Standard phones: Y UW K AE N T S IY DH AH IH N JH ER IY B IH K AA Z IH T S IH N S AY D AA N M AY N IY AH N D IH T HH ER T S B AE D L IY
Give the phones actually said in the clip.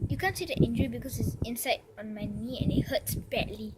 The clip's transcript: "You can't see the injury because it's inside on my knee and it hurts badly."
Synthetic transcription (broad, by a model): Y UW K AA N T S IY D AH IH N JH ER IY B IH K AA S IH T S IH N S AY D AA N M AY N IY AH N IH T HH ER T S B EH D L IY